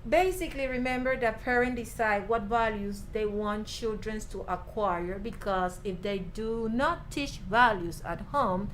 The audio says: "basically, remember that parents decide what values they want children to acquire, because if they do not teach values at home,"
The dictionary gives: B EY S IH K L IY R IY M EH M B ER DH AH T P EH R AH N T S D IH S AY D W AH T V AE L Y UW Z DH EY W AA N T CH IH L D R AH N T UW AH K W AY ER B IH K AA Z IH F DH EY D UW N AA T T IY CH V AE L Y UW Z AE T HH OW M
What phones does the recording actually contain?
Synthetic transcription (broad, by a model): B EY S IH K L IY R IY M EH M B ER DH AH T P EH R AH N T D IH S AY D W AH T V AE L Y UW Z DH EY W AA N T CH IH L D R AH N T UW AH K W AY ER B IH K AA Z IH F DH EY D UW N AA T T IY CH V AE L Y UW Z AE T HH OW M